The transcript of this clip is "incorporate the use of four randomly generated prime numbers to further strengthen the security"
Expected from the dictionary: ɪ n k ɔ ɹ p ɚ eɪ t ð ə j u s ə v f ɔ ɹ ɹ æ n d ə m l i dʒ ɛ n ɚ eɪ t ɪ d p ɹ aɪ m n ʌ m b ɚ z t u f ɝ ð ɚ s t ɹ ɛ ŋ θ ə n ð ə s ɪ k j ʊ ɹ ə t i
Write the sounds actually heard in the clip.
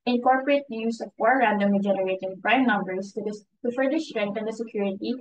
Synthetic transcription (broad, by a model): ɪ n k ɔ ɹ p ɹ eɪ t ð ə j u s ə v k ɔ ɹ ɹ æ n d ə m i dʒ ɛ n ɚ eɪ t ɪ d p ɹ aɪ m n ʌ m b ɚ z t u f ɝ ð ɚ s t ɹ ɛ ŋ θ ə n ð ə s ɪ k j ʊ ɹ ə t i